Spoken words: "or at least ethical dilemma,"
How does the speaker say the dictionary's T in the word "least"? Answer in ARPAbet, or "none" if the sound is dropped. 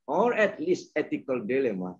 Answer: T